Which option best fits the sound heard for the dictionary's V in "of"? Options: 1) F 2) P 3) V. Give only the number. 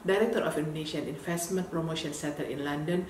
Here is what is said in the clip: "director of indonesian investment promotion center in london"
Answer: 1